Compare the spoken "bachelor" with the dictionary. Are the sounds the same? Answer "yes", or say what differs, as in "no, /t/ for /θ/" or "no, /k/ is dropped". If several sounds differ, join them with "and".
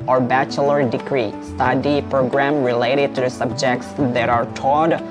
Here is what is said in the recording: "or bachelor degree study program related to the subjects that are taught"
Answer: yes